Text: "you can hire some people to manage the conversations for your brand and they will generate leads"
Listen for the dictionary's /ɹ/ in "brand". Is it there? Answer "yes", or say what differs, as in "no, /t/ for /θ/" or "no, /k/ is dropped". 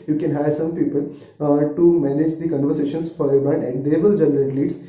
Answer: no, /ɹ/ is dropped